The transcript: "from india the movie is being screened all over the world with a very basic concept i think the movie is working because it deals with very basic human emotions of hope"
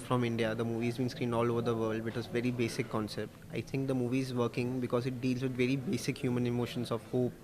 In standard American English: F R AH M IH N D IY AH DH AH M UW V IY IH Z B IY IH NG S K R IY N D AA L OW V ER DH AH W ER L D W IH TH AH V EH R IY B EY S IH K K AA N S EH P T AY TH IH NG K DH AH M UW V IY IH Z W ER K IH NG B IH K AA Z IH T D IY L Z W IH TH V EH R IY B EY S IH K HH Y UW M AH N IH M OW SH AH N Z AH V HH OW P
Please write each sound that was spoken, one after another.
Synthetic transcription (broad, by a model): F R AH M IH N D IY AH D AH M UW V IY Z B IY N S K R IY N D AA L OW V ER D AH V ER L D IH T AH V EH R IY B EY S IH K K AA N S EH P T AY T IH NG K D AH M UW V IY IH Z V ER K IH NG B IH K AA Z IH T D IY L Z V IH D V EH R IY B EY S IH K HH Y UW M AH N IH M OW SH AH N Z AH V HH OW P